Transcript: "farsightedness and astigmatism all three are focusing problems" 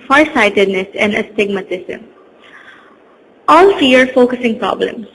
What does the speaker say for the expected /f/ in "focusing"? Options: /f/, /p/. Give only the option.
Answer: /f/